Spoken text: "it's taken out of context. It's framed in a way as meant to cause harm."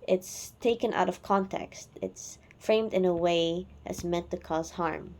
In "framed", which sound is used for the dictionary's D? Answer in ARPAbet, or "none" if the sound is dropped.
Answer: D